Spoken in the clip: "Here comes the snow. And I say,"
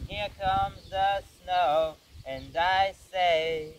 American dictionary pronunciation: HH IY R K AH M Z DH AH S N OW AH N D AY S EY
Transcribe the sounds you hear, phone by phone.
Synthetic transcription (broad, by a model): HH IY R K AH M Z DH AH S N OW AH N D AY S EY